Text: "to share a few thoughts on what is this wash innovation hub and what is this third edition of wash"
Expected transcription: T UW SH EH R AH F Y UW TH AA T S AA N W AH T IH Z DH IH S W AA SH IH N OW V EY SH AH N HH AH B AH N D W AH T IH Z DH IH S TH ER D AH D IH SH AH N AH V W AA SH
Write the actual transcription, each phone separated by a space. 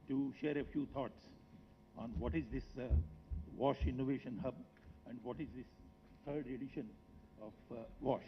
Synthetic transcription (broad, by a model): T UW SH EH R AH F Y UW T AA T S AA N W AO T IH Z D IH S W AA SH IH N OW V EY SH AH N HH AH B AH N D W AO T IH Z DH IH S T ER D AH D IH SH AH N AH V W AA SH